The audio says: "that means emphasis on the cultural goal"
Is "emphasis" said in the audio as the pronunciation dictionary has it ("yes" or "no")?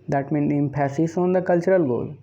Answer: no